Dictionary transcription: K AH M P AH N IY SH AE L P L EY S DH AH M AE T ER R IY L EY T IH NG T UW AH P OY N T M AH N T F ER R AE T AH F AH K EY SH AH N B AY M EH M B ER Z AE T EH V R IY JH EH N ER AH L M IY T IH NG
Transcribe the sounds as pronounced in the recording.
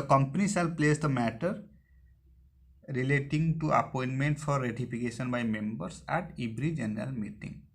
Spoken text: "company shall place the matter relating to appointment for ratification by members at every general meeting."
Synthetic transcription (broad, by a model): K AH M P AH N IY S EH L P L EY S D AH M AE T ER R IY L EY T IH NG T UW AH P OY N T M AH N T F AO R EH T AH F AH K EY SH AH N B AY M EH M B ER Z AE T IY B R IY JH EH N ER AH L M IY T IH NG